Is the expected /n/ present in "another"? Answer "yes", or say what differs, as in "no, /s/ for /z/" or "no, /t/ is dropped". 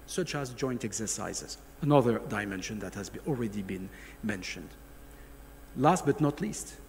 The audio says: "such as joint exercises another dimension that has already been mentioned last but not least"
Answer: yes